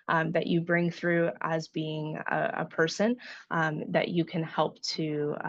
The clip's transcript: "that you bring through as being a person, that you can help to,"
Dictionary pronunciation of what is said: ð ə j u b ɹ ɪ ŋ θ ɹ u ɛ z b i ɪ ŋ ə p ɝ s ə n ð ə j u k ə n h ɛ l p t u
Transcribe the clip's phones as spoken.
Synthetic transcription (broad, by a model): ð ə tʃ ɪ b ɹ ɪ ŋ θ ɹ u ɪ z b i ɪ ŋ ə p ɝ s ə n ð ə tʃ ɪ k ə n h ɛ l p t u